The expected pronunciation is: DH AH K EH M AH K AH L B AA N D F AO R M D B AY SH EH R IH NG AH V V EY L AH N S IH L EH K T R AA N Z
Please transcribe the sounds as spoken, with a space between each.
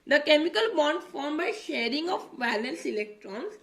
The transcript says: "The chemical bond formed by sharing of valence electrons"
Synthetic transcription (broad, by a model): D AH K EH M AH K AH L B AA N D F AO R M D B AY SH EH R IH NG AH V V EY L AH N S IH L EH K T R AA N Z